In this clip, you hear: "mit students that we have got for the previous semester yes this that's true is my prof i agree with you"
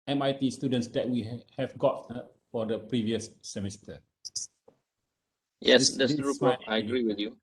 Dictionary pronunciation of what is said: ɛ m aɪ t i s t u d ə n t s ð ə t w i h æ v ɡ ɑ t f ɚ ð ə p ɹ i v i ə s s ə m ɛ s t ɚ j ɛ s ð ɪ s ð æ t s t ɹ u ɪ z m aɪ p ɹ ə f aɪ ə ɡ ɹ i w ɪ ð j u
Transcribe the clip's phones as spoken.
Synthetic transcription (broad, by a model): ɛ m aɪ t i s t u d ə n t s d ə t w i h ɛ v ɡ ɑ t f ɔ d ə p ɹ i v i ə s s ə m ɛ s t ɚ j ɛ s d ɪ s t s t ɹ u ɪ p ə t aɪ ə ɡ ɹ i w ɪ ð j u